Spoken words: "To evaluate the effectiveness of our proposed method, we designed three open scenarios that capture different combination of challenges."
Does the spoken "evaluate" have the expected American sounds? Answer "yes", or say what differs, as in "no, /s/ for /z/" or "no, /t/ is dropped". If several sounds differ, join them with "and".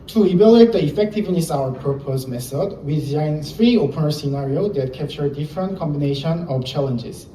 no, /b/ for /v/